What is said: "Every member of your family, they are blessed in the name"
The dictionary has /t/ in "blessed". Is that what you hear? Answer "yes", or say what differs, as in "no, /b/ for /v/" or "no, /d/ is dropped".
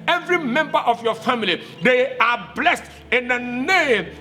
yes